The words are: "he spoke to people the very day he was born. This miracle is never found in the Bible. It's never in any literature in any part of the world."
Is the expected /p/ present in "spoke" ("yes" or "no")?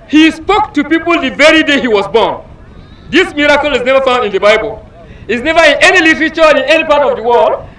yes